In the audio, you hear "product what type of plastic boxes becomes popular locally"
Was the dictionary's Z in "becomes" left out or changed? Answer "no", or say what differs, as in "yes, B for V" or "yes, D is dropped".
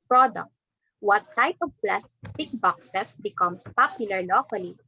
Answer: yes, S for Z